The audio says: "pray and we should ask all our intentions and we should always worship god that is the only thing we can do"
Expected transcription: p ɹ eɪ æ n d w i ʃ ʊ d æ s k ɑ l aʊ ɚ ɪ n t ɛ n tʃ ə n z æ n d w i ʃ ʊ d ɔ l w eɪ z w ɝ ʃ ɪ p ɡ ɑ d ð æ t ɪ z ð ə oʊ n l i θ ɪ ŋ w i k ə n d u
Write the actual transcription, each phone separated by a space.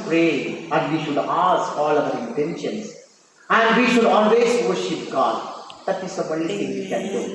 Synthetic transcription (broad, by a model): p ɹ eɪ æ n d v i ʃ ʊ d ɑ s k ɑ l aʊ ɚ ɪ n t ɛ n ʃ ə n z æ n d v i ʃ ʊ d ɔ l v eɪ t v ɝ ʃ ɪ p ɡ ɑ d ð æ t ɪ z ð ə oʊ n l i t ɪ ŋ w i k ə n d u